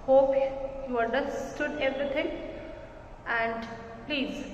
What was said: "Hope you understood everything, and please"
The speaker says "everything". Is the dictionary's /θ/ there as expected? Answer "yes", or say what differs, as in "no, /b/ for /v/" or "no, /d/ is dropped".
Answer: no, /t/ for /θ/